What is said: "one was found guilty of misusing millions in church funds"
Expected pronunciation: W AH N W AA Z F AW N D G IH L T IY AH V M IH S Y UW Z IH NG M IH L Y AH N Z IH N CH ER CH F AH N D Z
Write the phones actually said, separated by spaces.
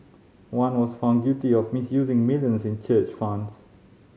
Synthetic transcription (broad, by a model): W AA N W AA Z F AW N D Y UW T IY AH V M IH S Y UW Z IH NG M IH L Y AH N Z IH N CH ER CH F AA N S